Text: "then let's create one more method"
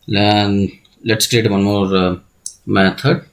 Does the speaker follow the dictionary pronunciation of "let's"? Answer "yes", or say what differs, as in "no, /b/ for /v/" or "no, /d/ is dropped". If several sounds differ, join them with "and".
yes